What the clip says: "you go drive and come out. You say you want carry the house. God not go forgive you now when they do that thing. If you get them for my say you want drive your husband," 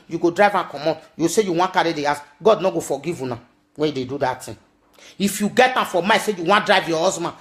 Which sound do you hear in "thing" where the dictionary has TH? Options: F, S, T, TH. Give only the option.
T